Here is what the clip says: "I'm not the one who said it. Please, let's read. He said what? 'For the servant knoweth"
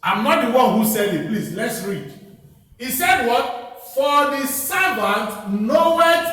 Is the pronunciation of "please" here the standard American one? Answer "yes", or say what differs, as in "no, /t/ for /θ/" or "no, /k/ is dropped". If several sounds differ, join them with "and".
no, /s/ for /z/